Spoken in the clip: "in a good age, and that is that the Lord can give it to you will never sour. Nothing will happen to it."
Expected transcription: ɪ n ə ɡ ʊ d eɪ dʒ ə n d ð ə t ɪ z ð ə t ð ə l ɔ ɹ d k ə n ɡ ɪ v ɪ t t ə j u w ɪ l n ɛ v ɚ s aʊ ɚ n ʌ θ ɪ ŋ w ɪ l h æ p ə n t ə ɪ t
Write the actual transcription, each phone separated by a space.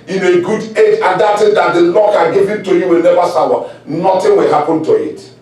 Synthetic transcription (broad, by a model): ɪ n ə ɡ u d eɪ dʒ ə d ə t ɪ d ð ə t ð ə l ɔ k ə ɡ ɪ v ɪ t t ə j u w ɪ l n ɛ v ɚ s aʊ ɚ n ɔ t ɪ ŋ w ɪ l h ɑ p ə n t ə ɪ t